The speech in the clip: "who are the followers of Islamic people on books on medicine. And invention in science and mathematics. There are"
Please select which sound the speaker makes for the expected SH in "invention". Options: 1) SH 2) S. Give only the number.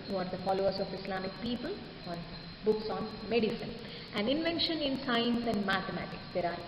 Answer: 1